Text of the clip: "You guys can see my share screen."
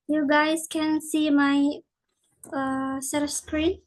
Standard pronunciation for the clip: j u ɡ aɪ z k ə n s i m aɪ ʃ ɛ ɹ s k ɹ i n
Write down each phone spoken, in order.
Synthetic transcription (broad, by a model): j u ɡ aɪ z k ə n s i m aɪ s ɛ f s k ɹ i n